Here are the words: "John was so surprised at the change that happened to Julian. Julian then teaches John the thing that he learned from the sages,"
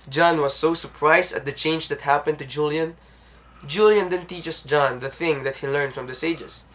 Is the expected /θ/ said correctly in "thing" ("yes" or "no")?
yes